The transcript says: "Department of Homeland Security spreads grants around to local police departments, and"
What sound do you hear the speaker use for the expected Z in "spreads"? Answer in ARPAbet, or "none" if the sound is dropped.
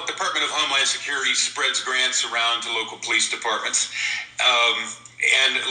Z